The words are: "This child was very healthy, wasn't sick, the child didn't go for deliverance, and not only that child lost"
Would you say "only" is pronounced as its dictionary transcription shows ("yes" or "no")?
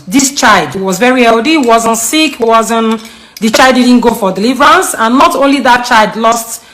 yes